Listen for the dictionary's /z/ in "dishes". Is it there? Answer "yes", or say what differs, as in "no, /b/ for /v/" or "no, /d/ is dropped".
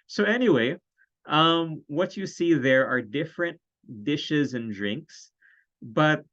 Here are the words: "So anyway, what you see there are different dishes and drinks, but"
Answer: yes